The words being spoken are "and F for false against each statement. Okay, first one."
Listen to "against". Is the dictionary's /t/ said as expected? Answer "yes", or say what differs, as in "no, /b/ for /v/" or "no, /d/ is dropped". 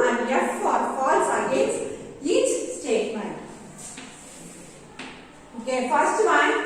no, /t/ is dropped